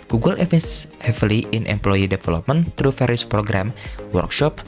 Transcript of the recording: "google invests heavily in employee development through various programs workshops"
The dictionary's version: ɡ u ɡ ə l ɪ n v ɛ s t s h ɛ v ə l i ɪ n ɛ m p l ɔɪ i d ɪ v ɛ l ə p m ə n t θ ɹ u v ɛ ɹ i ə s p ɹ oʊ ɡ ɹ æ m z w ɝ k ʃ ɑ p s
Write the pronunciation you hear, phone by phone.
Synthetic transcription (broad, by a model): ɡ u ɡ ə l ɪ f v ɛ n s h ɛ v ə l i ɪ n ɛ m p l ɔɪ i d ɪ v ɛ l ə p m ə n t ɹ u f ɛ ɹ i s p ɹ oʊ ɡ ɹ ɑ m w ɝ k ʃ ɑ p